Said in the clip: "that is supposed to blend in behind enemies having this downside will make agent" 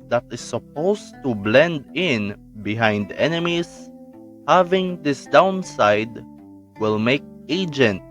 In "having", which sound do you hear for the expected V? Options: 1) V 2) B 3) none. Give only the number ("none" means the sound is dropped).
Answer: 1